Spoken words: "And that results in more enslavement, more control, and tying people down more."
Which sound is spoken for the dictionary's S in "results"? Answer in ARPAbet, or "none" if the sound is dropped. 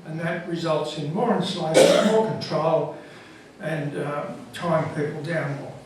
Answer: S